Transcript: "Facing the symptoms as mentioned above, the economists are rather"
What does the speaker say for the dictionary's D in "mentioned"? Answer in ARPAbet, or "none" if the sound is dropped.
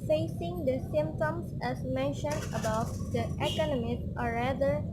D